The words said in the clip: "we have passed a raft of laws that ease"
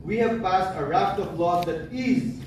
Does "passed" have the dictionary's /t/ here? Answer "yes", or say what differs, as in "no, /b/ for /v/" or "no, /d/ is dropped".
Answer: yes